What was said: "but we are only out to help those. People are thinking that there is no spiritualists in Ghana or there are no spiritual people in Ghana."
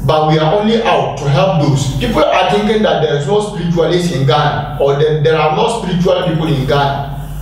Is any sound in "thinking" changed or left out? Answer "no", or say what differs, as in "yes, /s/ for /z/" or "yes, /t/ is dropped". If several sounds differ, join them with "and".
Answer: yes, /t/ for /θ/